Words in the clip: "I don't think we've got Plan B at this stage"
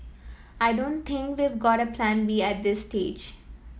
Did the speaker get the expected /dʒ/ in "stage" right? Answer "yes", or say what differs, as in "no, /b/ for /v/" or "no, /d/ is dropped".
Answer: yes